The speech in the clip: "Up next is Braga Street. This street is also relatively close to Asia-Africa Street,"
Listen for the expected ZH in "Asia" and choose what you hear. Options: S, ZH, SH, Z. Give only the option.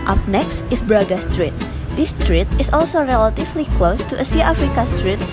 S